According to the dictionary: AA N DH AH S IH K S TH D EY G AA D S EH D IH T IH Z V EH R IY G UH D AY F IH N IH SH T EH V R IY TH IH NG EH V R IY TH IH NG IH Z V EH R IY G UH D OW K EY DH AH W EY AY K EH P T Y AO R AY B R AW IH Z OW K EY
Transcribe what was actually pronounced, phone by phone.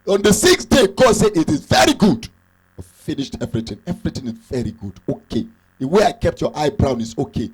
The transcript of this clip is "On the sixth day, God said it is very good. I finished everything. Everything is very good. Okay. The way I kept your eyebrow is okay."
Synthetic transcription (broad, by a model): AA N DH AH S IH K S D EY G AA S EH D IH T IH Z V EH R IY G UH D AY F IH N IH SH T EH V R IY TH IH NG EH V R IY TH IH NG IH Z V EH R IY G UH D OW K EY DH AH W EY AY K EH P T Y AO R AY B R AW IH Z OW K EY